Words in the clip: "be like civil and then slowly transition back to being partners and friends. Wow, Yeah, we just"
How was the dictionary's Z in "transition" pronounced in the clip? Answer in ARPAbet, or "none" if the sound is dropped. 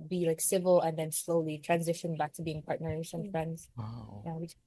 Z